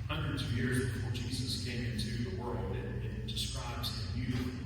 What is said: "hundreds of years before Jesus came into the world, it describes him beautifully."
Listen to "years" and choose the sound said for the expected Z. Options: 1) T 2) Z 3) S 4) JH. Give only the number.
2